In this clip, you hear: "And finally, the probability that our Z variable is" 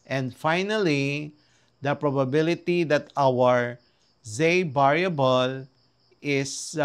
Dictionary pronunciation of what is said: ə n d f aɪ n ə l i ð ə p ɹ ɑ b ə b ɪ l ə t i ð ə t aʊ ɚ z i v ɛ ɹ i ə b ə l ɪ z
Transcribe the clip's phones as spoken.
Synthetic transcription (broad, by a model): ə n d f aɪ n ə l i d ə p ɹ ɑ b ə b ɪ l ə t i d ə t aʊ ɚ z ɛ b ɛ ɹ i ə b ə l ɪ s